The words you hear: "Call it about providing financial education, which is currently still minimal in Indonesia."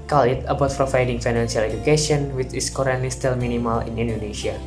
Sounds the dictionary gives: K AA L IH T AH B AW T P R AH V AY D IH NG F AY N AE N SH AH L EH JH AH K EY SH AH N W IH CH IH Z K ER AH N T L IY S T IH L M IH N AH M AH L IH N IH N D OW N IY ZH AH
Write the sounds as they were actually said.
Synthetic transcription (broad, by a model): K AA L IH T AH B AW T P R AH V AY D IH NG F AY N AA N S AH L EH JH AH K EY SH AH N W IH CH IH S K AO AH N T L IY S T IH L M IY N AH M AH L IH N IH N D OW N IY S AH